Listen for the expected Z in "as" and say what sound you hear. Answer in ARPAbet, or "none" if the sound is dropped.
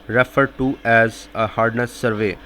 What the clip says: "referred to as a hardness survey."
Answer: Z